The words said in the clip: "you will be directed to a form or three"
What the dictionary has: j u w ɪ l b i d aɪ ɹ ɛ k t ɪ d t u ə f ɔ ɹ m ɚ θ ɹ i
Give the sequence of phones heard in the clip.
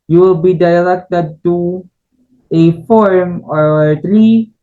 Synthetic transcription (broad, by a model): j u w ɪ l b i d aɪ l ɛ k t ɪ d t u ə f ɔ ɹ m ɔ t ɹ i